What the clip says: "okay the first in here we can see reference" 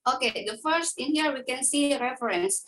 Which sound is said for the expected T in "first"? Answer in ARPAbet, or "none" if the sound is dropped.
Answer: T